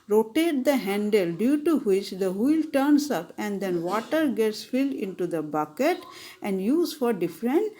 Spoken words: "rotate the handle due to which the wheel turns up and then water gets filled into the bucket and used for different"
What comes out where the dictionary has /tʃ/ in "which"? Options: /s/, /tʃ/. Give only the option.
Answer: /tʃ/